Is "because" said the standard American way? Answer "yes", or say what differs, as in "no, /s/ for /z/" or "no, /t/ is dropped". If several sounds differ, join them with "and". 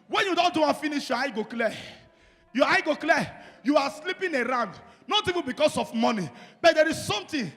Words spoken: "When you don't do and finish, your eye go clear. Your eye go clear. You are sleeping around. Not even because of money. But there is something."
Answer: no, /s/ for /z/